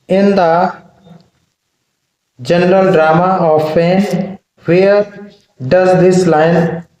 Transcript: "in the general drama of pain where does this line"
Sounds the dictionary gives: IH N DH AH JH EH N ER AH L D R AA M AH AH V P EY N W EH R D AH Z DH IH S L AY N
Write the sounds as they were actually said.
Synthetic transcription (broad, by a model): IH N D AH JH EH N ER AH L D R AA M AH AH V F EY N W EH R D AH Z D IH S L AY N